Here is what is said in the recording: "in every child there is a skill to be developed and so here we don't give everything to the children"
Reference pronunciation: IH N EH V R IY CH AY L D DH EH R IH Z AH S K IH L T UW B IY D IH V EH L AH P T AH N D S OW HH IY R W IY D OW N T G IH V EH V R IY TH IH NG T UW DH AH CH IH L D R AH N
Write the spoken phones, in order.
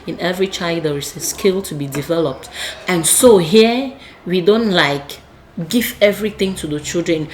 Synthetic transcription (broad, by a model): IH N EH V R IY CH AY L D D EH R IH S AH S K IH L T UW B IY D IH V EH L AH P T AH N S OW HH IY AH W IY D OW N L G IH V EH V R IY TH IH NG T UW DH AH CH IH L D R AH N